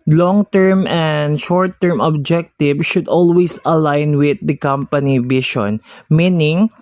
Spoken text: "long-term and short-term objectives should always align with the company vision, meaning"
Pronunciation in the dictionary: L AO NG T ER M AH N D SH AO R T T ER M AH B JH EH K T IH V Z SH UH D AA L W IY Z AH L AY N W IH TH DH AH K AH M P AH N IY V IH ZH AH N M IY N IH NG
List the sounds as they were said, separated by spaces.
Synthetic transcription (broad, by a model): L AO NG T ER M AH N D SH AO R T T ER M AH B JH EH K T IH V SH UH D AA L W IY S AH L AY N W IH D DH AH K AH M P AH N IY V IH SH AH N M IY N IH NG